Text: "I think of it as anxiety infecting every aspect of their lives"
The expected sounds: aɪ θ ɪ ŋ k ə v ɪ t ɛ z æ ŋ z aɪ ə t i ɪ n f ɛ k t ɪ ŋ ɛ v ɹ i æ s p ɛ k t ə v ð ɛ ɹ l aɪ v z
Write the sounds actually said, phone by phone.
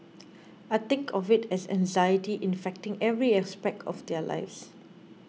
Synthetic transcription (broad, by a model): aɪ t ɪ ŋ k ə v ɪ t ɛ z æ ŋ z aɪ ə t i ɪ n f ɛ k t ɪ ŋ ɛ v ɹ i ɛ s p ɛ k t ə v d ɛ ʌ l aɪ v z